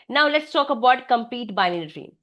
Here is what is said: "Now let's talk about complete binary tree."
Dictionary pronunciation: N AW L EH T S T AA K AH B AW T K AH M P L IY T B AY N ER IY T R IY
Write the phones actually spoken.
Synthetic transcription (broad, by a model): N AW L EH T S T AA K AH B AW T K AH M P IY T B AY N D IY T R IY